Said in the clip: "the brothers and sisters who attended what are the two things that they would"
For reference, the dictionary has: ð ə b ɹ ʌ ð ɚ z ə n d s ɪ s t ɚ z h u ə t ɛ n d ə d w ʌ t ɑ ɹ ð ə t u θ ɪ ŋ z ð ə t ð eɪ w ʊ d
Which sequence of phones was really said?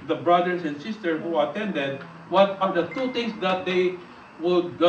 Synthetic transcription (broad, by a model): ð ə b ɹ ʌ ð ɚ s ə n d s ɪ s t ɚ h u ə t ɛ n d ə d w ʌ t ɑ ɹ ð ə t u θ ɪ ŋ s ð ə t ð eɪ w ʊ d